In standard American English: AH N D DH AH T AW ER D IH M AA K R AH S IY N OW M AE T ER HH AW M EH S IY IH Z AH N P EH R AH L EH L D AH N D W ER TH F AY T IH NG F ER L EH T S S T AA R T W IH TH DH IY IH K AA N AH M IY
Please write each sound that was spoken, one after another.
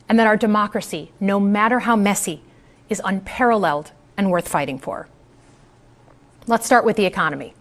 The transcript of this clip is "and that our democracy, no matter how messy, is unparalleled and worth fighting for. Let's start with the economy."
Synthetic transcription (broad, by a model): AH N DH AH T AW ER D IH M AA K R AH S IY N OW M AE T ER HH AW M EH S IY IH Z AH N P EH R AH L EH L D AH N W ER TH F AY T IH NG F ER L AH T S S T AA R T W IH DH IY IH K AA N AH M IY